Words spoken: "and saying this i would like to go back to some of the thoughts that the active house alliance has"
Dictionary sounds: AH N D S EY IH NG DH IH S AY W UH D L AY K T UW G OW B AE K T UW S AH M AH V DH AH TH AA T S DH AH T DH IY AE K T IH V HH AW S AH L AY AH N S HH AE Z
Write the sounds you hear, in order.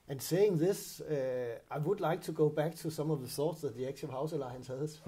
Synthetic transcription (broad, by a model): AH N S EY IH NG DH IH S AY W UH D L AY K T UW G OW B AE K T UW S AH M AH V DH AH S AA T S DH AH T DH IY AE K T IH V HH AW S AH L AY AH N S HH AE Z